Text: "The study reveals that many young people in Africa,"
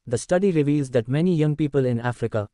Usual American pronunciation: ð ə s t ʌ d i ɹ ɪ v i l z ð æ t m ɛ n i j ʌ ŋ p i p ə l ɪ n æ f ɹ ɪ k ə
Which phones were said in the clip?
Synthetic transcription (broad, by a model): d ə s t ʌ d i ɹ ɪ v i l z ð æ t m ɛ n i j ʌ ŋ p i p ə l ɪ n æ f ɹ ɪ k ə